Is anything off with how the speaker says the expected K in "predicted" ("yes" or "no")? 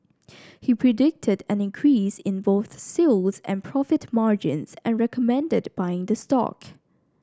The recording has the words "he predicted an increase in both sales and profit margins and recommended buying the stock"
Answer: no